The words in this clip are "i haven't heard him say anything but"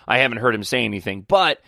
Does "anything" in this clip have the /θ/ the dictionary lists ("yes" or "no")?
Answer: yes